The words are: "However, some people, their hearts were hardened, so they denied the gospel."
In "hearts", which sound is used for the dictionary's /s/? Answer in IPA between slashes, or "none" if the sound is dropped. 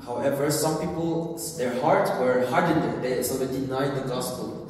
none